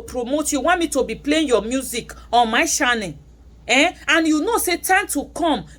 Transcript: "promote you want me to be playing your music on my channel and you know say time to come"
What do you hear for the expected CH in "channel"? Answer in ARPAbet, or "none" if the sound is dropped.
SH